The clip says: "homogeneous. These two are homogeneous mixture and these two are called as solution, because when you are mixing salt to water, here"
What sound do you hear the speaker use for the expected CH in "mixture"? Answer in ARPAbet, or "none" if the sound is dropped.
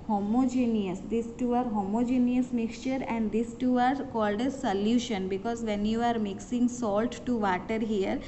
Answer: CH